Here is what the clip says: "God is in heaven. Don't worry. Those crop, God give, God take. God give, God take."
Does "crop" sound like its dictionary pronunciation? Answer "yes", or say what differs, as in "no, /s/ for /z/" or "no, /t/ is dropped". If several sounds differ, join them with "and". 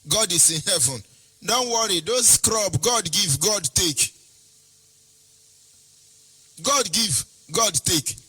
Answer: no, /b/ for /p/